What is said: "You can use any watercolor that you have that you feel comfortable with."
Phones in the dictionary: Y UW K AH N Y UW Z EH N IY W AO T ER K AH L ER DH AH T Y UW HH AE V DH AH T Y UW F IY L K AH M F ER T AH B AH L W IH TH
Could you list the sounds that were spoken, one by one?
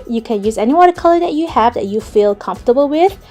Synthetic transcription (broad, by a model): Y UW K AH N Y UW Z EH N IY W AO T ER K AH L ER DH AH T Y UW HH AE V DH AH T Y UW F IY L K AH M F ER T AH B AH L W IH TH